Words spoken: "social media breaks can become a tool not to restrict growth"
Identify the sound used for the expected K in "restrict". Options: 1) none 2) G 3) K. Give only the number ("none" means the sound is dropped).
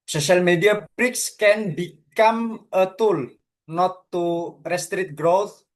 1